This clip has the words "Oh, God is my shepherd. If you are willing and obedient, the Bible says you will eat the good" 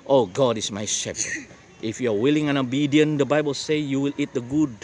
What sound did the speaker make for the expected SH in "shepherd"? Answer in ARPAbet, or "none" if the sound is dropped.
SH